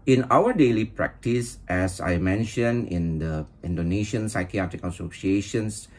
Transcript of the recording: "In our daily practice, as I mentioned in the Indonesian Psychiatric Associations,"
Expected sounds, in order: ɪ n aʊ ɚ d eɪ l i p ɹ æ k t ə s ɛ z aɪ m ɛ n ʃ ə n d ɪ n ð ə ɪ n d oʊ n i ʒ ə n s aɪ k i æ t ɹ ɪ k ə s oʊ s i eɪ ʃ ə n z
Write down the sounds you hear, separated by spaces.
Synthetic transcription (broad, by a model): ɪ n aʊ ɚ d eɪ l i p ɹ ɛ k t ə s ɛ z aɪ m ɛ n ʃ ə n ɪ n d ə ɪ n d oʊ n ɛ ʃ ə n s aɪ k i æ t ɹ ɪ k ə s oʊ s i eɪ ʃ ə n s